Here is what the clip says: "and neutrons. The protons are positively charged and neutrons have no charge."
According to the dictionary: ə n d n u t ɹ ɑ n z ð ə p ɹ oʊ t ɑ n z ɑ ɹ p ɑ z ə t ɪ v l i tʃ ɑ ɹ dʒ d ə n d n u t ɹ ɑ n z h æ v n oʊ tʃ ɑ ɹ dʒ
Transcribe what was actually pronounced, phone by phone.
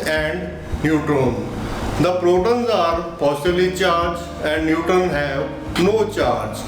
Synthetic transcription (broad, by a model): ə n d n u t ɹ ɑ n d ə p ɹ oʊ t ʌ n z ɑ ɹ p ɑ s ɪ b l i tʃ ɑ ɹ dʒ ə n d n u t ʌ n h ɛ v n oʊ tʃ ɑ ɹ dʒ